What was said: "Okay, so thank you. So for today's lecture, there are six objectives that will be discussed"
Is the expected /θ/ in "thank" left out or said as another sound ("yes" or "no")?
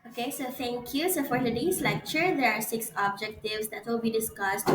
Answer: yes